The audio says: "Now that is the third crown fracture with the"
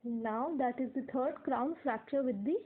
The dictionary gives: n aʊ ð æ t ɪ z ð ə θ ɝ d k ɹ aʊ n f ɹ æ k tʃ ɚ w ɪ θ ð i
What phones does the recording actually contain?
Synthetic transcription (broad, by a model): n aʊ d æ t ɪ z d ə t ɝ d k ɹ aʊ n f ɹ æ k tʃ ɚ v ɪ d i